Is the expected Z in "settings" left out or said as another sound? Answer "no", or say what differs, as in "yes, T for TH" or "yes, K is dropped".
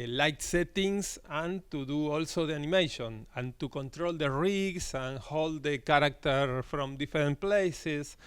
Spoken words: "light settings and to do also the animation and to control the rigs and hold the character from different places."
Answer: yes, S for Z